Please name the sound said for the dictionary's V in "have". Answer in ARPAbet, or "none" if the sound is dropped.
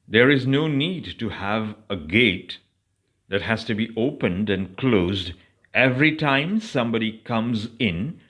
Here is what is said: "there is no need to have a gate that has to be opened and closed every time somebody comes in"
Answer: V